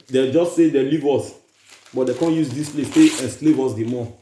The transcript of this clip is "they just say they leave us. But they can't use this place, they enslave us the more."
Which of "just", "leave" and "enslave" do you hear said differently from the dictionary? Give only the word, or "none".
none